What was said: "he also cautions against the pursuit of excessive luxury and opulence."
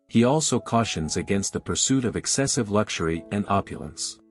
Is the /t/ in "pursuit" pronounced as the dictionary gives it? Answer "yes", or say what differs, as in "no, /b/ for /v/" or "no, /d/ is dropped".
yes